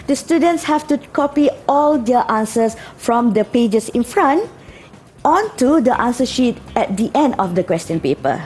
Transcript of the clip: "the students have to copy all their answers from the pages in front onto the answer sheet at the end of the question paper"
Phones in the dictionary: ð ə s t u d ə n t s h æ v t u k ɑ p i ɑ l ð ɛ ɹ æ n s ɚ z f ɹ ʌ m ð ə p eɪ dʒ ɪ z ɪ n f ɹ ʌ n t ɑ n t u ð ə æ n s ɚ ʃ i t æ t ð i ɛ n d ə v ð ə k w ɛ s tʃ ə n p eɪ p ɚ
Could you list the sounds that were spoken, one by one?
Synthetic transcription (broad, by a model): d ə s t u d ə n t s h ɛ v t u k ɑ p i ɑ l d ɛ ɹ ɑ n s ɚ s f ɹ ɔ m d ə p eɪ dʒ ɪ s ɪ n f ɹ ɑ n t ɑ n t u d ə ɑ n s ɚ ʃ i t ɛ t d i ɛ n d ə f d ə k w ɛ s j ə n p eɪ p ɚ